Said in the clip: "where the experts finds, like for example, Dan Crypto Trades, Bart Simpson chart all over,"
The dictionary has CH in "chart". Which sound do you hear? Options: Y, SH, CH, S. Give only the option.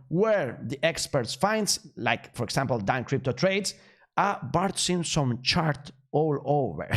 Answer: CH